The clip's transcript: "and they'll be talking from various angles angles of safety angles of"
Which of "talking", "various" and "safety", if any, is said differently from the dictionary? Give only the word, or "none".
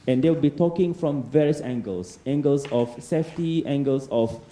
none